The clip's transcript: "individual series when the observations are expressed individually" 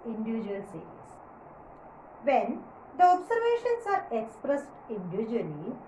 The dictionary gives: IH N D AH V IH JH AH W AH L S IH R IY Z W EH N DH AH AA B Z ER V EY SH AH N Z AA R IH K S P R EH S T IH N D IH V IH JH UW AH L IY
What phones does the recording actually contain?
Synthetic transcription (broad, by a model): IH N D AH V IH JH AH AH L S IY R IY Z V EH N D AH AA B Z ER V EY SH AH N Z AA R IH K S P R EH S T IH N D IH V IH JH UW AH L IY